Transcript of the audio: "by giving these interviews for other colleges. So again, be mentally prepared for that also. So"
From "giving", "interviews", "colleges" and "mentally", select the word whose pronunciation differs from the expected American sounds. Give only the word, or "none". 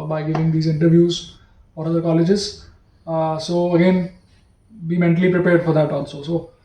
none